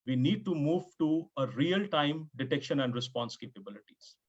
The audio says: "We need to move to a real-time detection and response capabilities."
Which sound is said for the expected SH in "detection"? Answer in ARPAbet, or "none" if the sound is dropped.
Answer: SH